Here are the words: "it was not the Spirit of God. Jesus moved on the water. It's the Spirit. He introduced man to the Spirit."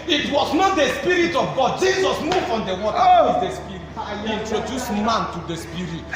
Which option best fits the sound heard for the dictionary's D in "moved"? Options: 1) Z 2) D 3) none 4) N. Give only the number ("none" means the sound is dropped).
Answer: 3